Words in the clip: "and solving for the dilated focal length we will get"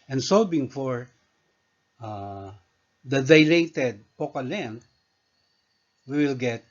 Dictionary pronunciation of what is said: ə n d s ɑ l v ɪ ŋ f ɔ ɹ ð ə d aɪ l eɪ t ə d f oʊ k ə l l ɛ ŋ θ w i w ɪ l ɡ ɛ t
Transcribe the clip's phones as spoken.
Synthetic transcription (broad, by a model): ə n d s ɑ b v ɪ ŋ f ɔ ɹ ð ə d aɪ l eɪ t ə d p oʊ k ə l l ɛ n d w i w ɪ l ɡ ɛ t